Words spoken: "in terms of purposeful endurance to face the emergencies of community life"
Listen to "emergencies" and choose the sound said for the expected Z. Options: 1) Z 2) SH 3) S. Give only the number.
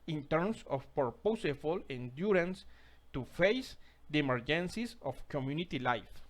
3